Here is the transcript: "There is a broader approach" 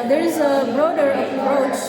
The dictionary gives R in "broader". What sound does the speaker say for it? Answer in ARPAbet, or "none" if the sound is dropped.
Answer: R